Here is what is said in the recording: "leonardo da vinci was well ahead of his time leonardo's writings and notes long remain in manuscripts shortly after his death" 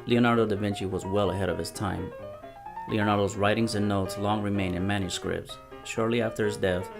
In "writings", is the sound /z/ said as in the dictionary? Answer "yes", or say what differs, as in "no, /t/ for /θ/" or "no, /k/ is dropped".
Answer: yes